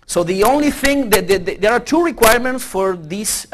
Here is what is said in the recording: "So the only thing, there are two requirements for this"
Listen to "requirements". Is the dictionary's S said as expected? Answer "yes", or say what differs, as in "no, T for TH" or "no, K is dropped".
yes